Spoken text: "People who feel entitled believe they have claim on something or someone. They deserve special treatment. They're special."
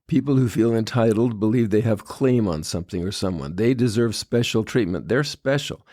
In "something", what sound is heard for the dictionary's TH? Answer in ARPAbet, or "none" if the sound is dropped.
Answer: TH